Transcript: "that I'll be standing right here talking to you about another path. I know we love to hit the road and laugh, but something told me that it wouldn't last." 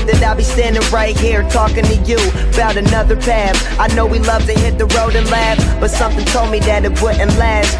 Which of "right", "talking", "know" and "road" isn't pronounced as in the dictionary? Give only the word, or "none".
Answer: none